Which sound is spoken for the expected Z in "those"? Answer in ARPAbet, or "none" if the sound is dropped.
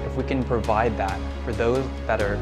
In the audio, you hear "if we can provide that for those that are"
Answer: Z